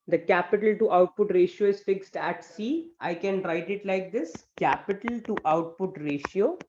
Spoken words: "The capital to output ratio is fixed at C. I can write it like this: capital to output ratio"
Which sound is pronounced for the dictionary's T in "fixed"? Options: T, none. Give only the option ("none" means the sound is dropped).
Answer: T